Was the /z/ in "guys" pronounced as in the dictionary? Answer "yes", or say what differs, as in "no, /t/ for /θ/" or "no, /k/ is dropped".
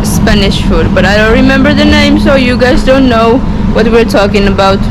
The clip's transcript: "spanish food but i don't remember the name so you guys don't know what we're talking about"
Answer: yes